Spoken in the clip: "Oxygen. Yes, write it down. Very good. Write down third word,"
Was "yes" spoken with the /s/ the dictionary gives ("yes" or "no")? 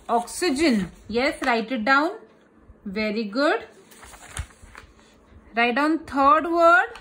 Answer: yes